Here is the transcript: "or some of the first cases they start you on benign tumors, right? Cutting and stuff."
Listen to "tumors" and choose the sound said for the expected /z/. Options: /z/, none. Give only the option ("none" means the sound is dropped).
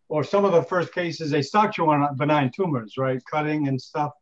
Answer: /z/